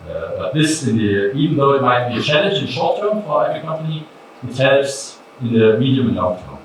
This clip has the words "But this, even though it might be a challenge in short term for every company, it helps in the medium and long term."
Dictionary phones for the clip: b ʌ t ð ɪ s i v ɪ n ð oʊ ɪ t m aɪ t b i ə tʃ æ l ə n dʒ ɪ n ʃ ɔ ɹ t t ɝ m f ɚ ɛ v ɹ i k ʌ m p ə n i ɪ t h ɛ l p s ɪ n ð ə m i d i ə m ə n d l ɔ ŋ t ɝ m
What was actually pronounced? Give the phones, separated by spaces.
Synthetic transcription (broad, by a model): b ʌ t ð ɪ s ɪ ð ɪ n ð oʊ ɪ t m aɪ t b i ə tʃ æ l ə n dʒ ɪ n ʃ ɔ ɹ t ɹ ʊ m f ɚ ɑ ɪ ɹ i k ʌ m p ə n i ɪ t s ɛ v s ɪ n ð ə m i d i ə m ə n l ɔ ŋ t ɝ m